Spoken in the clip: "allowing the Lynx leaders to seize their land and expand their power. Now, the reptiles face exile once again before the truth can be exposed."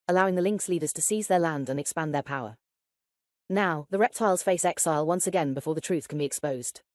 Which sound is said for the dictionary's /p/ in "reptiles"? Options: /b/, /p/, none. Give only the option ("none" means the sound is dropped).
/p/